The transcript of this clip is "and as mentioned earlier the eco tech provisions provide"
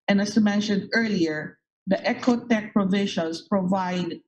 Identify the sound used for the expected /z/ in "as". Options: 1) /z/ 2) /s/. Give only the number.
2